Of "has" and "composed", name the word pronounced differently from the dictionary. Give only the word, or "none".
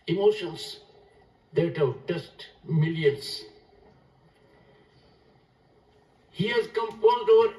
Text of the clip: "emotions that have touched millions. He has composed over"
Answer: composed